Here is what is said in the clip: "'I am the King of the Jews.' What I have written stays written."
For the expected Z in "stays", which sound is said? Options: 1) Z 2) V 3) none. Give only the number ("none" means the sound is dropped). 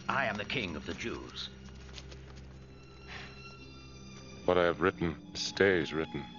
1